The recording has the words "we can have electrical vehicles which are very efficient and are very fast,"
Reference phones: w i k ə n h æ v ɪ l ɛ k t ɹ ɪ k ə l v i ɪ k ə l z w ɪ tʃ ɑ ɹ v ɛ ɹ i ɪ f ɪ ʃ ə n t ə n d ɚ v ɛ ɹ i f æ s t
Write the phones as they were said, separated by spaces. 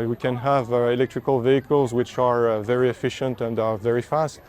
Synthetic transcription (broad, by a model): w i k ə n h æ v ɪ l ɛ k t ɹ ɪ k ə l v i ɪ k ə l z w ɪ tʃ ɑ ɹ v ɛ ɹ i ɪ f ɪ ʃ ə n t ə n d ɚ v ɛ ɹ i f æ s t